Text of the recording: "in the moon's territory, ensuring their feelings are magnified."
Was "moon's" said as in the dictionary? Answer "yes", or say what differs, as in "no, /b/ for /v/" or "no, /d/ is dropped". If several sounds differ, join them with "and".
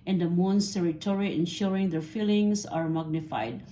no, /s/ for /z/